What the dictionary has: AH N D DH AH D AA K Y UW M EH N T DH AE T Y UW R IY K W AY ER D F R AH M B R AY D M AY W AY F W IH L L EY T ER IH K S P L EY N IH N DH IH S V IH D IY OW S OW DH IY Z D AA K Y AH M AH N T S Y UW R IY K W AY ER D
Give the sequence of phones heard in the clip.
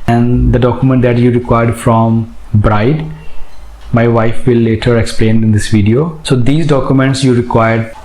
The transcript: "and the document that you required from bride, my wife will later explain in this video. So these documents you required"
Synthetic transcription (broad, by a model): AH N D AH D AA K Y UW M EH N T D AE T Y UW R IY K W AY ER D F R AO M B R AY D M AY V AY F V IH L L EY T ER IH K S P L EY N IH N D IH S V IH D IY OW S OW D IY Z D AA K Y AH M AH N T S Y UW R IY K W AY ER D